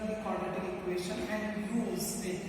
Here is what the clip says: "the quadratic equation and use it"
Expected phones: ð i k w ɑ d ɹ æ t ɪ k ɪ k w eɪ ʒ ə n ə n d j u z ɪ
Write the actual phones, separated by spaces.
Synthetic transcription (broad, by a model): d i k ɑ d ʌ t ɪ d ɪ k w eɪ ʃ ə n ə n d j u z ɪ